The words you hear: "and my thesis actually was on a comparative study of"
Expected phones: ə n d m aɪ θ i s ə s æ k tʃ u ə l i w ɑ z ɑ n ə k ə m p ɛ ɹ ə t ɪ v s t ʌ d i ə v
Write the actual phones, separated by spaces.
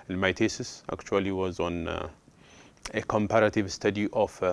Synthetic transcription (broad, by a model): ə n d m aɪ t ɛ s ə s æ k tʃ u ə l i w ɑ z ɑ n ə k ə m p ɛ ɹ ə t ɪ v s t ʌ d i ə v